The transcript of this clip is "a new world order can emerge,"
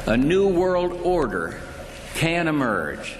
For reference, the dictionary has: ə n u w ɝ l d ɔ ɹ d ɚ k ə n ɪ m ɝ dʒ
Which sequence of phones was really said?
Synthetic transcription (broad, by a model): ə n u w ɝ l d ɔ ɹ d ɚ k ə n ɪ m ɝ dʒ